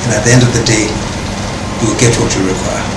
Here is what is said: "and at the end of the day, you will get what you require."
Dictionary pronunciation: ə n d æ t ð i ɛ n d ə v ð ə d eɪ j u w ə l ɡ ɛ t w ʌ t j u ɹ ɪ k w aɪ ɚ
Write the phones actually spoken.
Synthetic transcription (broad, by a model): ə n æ t ð i ɛ n d ə v ð ə d eɪ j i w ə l ɡ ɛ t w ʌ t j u ɹ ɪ k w aɪ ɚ